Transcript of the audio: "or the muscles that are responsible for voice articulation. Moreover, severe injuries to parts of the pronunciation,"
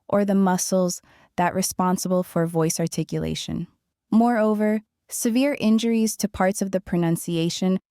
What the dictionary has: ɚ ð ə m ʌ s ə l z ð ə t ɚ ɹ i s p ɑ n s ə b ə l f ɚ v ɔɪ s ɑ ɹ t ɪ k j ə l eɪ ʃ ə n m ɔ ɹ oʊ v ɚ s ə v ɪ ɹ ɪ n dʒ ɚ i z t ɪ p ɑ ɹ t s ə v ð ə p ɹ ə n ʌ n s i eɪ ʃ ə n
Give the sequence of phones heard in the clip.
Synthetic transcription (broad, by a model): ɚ ð ə m ʌ s l z ð ə t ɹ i s p ɑ n s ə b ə l f ɚ v ɔɪ s ɑ ɹ t ɪ k j ə l eɪ ʃ ə n m ɔ ɹ oʊ v ɚ s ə v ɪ ɹ ɪ n dʒ ɚ i z t ɪ p ɑ ɹ t s ə v ð ə p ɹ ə n ʌ n s i eɪ ʃ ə n